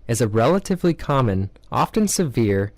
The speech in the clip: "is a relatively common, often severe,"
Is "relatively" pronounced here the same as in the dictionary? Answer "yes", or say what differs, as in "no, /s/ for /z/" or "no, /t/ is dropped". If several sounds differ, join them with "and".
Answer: yes